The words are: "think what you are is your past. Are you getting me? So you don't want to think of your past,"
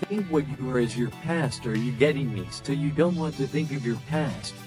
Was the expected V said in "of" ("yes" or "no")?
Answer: yes